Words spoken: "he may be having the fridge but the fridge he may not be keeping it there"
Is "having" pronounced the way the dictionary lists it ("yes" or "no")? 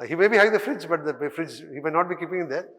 no